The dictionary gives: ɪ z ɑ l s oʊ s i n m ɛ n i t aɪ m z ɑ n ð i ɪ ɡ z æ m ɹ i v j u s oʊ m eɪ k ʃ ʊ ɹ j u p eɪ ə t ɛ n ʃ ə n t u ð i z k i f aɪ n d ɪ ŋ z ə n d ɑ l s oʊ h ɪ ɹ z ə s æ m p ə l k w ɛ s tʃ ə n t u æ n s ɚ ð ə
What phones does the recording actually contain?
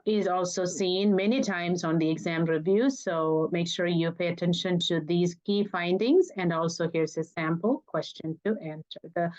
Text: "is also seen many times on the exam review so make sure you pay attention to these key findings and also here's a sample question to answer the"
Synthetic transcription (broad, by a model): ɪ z ɑ l s oʊ s i n m ɛ n i t aɪ m z ɑ n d i ɪ ɡ z æ m ɹ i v j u s oʊ m eɪ k ʃ ʊ ɹ j u p eɪ ə t ɛ n ʃ ə n t u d i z k i f aɪ n d ɪ ŋ z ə n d ɑ l s oʊ h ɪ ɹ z ə s æ m p ə l k w ɛ s tʃ ə n t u æ n s ɚ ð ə